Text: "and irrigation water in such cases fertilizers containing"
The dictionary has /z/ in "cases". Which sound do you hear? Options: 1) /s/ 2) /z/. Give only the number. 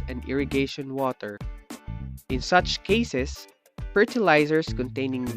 1